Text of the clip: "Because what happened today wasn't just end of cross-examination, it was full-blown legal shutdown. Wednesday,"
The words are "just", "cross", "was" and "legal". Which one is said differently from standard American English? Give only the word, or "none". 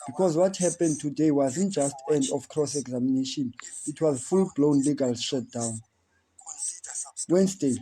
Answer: none